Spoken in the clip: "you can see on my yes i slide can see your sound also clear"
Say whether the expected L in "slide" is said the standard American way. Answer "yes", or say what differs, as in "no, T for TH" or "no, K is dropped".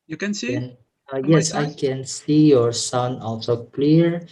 no, L is dropped